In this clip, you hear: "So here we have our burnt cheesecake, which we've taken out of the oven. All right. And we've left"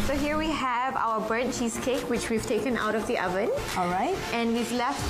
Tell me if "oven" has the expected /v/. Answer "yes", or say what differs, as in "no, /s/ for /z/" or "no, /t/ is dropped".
yes